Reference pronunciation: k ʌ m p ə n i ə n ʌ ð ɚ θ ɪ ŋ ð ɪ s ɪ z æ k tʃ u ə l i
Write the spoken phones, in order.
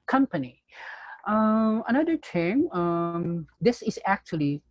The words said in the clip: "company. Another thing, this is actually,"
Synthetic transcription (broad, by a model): k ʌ m p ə n i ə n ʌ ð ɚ t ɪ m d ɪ s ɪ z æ k tʃ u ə l i